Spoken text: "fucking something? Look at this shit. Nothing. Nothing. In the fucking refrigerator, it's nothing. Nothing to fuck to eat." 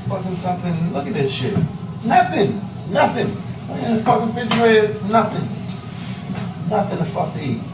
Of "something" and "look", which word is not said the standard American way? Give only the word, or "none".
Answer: none